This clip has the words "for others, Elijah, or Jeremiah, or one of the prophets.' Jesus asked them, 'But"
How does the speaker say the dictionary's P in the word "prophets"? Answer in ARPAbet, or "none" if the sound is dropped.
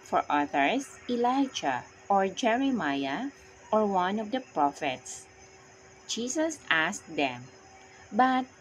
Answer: P